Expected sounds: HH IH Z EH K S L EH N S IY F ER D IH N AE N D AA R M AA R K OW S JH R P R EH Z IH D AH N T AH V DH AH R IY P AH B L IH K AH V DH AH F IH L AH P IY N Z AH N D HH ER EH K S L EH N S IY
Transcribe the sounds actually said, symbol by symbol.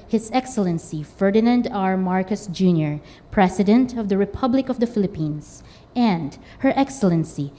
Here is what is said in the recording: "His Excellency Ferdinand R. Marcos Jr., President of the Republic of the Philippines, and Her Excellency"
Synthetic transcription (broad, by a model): HH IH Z EH K S L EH N S IY F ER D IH N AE N D AA R M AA R K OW S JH R P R EH S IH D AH N T AH V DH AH R IY P AH B L IH K AH V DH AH F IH L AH P IY N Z AH N D HH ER EH K S L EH N S IY